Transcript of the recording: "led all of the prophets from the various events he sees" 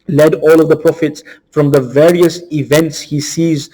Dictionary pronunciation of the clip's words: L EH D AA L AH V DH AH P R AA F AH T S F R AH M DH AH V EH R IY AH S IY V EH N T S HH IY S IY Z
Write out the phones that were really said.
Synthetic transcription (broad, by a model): L EH D AA L AH V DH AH P R AA F AH T S F R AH M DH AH V EH R IY AH S IY V EH N T S HH IY S IY Z